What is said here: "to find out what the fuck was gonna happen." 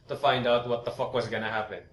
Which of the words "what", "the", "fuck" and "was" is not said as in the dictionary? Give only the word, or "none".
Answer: none